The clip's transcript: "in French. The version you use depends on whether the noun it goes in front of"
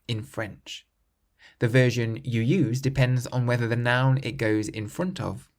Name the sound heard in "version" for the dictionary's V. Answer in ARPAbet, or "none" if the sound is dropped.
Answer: V